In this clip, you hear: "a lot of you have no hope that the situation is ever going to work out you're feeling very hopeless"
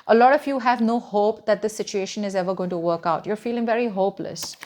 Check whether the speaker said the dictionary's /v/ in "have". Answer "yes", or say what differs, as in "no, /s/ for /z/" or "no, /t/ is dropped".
yes